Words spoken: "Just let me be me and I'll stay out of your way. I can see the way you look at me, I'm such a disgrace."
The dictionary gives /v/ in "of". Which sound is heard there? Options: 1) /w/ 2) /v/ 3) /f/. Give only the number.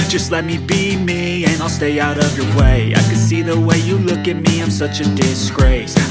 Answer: 2